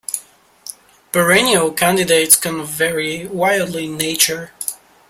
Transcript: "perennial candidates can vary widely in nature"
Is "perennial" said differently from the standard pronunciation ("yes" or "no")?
yes